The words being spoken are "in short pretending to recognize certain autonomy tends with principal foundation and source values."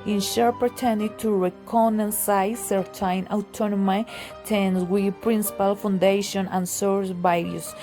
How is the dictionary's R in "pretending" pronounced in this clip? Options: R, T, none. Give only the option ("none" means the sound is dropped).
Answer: none